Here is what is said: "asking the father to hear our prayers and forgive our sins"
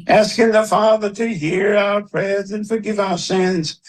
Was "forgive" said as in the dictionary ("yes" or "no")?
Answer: yes